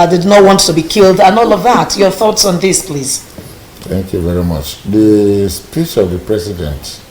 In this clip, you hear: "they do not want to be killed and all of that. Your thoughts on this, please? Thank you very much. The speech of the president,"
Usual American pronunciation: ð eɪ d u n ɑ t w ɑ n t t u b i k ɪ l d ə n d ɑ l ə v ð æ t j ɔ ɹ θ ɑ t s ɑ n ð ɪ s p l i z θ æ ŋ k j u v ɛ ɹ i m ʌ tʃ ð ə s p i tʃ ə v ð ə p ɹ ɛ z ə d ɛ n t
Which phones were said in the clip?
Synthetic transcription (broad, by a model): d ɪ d n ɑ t w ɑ n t t u b i k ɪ l d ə n ɑ l ə v ð æ t j ɔ ɹ θ ɑ t s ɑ n ð ɪ s p l i z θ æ ŋ k j u v ɛ ɹ i m ʌ tʃ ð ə s p i tʃ ə v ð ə p ɹ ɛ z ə d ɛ n t